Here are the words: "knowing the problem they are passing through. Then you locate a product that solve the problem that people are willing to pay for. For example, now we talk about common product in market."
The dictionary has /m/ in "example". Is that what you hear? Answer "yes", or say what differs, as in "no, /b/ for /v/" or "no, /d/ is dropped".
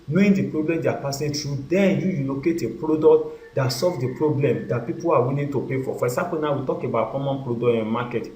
no, /m/ is dropped